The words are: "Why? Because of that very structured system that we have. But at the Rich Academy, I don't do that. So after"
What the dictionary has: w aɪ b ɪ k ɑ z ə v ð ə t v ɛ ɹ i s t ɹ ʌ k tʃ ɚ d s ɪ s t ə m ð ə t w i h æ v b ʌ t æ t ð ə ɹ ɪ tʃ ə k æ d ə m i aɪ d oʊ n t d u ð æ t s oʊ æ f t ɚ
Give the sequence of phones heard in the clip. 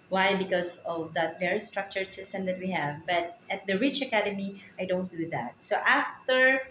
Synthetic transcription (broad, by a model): w aɪ b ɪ k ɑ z ə v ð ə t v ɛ ɹ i s t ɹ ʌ k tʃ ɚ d s ɪ s t ə m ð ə t w i h æ v b ʌ t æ t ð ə ɹ ɪ tʃ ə k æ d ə m i aɪ d oʊ n t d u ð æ t s oʊ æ f t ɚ